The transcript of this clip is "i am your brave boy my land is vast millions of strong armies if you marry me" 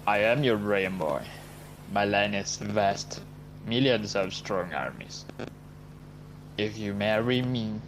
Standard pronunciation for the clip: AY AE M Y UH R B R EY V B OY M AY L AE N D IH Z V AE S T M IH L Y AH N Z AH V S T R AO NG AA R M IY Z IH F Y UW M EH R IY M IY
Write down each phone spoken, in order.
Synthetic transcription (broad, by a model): AY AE M Y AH R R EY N B OY M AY L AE N IH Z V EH S T M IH L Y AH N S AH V S T R AO NG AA R M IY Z IH F Y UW M EH R IY M IY